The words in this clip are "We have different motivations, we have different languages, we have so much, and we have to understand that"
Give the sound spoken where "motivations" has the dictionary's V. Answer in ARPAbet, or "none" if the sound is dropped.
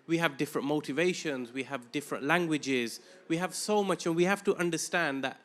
V